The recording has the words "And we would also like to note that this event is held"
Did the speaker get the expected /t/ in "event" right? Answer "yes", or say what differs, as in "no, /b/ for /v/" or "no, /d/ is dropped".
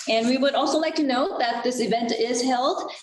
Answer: yes